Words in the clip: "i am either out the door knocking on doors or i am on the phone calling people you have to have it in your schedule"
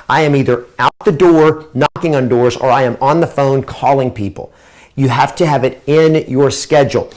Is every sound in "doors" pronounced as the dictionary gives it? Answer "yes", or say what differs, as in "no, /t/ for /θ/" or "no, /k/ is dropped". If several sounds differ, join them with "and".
yes